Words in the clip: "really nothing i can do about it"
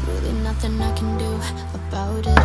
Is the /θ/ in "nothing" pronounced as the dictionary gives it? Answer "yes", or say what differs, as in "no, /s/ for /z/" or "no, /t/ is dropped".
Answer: yes